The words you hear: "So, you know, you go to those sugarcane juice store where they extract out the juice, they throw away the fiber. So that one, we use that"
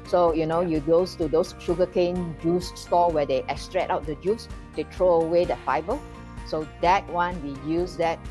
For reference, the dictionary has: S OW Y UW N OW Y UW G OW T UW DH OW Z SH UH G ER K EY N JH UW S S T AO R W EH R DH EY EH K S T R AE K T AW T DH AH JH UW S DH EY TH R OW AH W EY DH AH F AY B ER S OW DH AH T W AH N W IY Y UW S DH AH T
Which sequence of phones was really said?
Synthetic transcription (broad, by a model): S OW Y UW N OW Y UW G OW T UW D OW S SH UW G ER K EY N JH UW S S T AO W EH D EY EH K S T R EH T AW T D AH JH UW S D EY T R OW AH W EY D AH F AY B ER S OW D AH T W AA N W IY Y UW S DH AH T